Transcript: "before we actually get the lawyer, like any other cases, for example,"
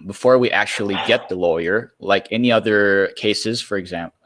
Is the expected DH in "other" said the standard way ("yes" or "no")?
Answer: yes